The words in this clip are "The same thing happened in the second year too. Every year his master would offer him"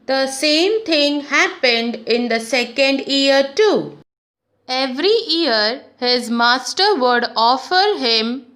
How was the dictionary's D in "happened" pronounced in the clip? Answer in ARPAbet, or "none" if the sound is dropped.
D